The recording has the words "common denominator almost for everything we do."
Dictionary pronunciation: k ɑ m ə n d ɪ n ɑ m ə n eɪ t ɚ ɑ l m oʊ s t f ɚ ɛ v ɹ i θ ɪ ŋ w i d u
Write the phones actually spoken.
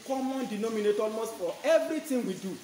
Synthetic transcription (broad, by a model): k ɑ m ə n d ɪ n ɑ m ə n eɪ t ɑ l m oʊ s t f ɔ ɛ v ɹ i t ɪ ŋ w i d u